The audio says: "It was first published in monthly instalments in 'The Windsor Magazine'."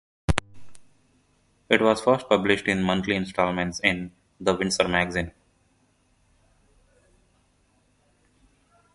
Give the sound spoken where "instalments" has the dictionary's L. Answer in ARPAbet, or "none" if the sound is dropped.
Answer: L